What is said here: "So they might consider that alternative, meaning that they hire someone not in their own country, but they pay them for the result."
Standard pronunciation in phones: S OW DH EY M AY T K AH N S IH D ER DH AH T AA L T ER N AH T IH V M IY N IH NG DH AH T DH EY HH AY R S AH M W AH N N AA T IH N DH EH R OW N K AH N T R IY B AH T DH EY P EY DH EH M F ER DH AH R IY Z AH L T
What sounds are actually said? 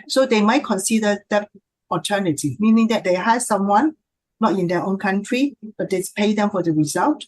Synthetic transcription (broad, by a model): S OW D EY M AY T K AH N S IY D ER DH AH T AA T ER N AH T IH M IY N IH NG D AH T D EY HH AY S S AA M W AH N N AA T IH N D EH OW N K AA N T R IY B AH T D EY P EY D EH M F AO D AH R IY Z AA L T